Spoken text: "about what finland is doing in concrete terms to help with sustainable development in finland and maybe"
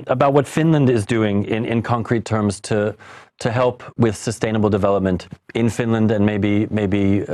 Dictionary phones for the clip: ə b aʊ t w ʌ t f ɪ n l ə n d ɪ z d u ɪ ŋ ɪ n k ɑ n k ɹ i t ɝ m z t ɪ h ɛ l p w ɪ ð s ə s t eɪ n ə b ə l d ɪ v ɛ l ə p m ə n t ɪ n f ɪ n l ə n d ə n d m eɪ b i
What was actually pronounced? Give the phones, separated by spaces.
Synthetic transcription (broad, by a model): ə b aʊ t w ʌ t f ɪ n l ə n d ɪ z d u ɪ ŋ ɪ n k ɑ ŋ k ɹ i t ɝ m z t ɪ h ɛ l p w ɪ ð s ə s t eɪ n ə b l d ɪ v ɛ l ə p m ə n t ɪ n f ɪ n l ə n d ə n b m eɪ b i